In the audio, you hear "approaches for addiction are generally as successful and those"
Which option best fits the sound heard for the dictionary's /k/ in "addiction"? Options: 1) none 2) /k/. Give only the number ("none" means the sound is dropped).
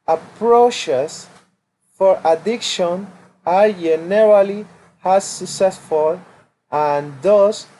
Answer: 2